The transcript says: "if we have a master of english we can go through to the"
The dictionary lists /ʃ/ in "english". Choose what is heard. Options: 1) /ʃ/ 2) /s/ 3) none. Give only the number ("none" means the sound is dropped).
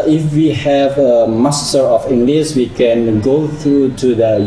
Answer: 2